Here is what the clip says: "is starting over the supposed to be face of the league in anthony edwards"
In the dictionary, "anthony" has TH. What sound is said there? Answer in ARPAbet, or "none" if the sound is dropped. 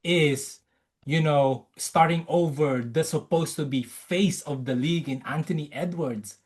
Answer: T